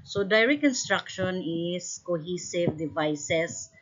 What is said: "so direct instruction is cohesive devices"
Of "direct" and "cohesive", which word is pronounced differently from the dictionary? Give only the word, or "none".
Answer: direct